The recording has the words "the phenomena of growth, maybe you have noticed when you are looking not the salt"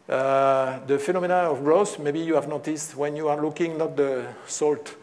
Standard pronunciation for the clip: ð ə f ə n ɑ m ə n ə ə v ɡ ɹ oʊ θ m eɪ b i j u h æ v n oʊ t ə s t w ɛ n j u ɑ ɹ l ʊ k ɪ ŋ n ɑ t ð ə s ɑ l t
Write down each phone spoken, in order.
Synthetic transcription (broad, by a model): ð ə f ə n ɑ m ə n ə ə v ɡ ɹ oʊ s m eɪ b i j u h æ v n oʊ t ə s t w ɛ n j u ɑ ɹ l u k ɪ ŋ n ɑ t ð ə s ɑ l t